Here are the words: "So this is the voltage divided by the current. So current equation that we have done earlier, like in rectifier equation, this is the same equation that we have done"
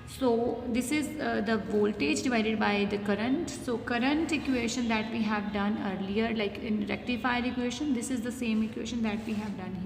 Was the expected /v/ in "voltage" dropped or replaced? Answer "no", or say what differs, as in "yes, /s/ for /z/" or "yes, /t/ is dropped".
no